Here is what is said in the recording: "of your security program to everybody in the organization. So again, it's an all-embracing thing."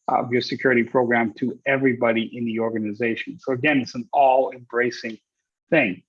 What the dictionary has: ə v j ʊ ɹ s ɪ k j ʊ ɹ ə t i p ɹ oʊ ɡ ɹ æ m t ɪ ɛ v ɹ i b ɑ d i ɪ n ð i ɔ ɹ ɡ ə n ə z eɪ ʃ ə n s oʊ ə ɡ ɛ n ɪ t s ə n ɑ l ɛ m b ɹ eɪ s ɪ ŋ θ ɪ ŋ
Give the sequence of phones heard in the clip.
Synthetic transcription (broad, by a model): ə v j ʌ ɹ s ɪ k j ʊ ɹ ə t i p ɹ oʊ ɡ ɹ æ m t ɪ ɛ v ɹ i b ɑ d i ɪ n ð i ɔ ɹ ɡ ə n ə z eɪ ʃ ə n s oʊ ə ɡ ɛ n ɪ t s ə n ɑ l ɛ m b ɹ eɪ s ɪ ŋ θ ɪ ŋ